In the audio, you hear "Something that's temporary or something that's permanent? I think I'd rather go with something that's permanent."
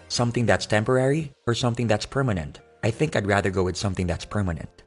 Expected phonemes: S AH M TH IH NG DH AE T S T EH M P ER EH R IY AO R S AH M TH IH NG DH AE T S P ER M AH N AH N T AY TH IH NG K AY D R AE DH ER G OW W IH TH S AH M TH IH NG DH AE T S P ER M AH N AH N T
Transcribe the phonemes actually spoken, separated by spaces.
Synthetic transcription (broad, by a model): S AH M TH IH NG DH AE T S T EH M P ER EH R IY AO R S AH M TH IH NG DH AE T S P ER M AH N AH N T AY TH IH NG K AY D R AE DH ER G OW W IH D S AH M TH IH NG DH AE T S P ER M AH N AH N T